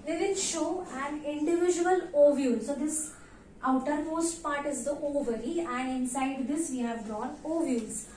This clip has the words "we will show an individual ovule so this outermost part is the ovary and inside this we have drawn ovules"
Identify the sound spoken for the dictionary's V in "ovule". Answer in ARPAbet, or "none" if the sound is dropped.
V